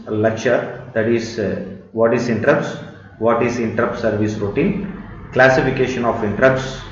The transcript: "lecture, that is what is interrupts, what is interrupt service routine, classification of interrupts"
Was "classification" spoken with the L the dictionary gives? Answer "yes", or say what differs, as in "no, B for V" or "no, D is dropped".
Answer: yes